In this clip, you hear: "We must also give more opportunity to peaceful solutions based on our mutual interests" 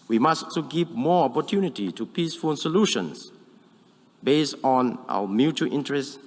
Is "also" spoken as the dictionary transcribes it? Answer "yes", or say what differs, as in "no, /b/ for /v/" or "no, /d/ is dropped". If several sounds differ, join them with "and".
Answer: no, /l/ is dropped